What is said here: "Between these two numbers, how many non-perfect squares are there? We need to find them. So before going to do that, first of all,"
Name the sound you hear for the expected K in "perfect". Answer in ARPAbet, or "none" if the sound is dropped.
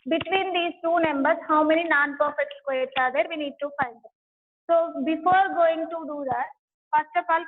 none